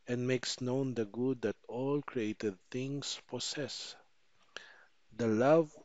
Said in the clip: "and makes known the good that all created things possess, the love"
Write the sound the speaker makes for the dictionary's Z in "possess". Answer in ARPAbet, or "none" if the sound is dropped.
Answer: S